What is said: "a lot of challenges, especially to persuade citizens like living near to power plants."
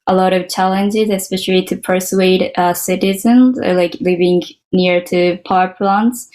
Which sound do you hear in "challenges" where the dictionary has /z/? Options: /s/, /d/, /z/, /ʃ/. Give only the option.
/z/